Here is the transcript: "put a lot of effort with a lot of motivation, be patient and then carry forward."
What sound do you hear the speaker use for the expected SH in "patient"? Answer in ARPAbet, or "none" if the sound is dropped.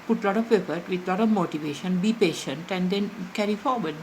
SH